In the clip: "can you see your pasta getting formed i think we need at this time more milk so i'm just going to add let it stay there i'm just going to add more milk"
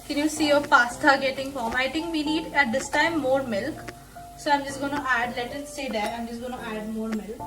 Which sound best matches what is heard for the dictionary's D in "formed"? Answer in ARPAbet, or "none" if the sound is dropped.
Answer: none